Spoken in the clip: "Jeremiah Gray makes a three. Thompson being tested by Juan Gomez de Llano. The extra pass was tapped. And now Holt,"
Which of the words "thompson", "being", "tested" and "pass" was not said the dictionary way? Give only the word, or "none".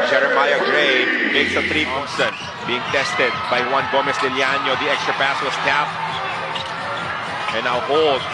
thompson